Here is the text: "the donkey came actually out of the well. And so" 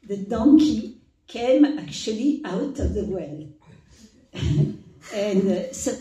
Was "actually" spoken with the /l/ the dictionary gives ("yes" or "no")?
yes